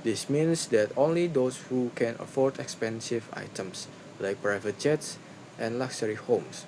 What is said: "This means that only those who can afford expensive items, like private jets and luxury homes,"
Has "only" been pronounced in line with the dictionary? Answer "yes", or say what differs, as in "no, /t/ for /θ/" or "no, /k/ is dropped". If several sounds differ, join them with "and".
yes